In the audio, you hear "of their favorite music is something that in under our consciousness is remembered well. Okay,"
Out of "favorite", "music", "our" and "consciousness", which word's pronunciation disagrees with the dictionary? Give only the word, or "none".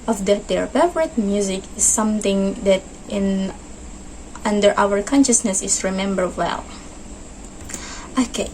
favorite